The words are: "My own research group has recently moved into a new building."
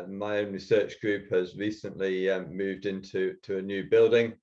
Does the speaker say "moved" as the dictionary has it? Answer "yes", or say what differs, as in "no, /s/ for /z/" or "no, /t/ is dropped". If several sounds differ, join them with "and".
yes